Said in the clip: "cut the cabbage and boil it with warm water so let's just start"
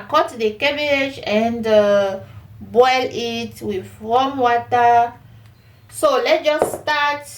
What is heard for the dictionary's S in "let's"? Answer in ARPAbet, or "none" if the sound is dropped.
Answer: none